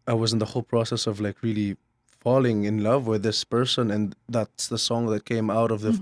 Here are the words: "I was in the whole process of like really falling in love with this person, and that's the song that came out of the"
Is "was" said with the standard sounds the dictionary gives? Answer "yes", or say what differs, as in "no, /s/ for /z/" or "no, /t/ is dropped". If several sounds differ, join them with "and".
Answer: yes